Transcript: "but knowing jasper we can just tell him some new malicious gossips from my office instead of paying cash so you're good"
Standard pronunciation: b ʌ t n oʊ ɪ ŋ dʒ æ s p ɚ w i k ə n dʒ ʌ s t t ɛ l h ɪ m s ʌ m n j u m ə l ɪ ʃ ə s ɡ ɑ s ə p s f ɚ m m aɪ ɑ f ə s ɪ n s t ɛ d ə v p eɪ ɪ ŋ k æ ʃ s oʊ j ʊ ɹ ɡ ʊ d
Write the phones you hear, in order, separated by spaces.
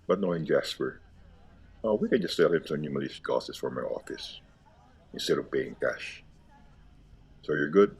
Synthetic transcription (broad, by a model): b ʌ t n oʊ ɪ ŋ dʒ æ s p ɚ w i k ə n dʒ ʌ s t s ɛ l h ɪ m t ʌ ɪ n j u m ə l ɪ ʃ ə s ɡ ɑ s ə s f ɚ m m aɪ ɑ f ə s ɪ n s t ɛ d ə v b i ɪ ŋ k æ ʃ s oʊ j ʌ ɹ ɡ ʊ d